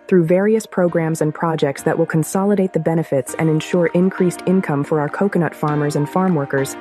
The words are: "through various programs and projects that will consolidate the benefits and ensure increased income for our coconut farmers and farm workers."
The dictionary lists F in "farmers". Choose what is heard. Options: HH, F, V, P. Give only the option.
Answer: F